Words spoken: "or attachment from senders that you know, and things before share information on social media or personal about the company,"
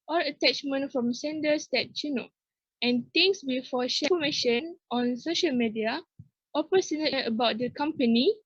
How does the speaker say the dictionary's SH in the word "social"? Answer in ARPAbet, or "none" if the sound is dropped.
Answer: SH